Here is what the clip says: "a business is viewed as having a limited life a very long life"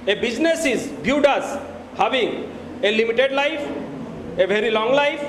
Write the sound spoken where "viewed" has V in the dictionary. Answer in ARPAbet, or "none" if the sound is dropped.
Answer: B